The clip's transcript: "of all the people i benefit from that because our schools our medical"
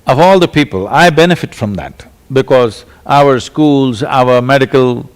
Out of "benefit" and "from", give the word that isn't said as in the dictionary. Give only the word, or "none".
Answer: none